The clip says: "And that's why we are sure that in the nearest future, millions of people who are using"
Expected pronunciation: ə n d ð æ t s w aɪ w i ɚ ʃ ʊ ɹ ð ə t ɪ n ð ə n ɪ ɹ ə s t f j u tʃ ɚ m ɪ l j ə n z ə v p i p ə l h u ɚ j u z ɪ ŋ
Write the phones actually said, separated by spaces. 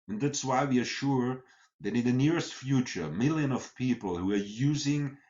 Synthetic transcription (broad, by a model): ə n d ð æ t s w aɪ w i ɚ ʃ ʊ ɹ ð ə t ɪ n ð ə n ɪ ɹ ə s t f j u tʃ ɚ m ɪ l j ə n ə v p i p l h u ɚ j u z ɪ ŋ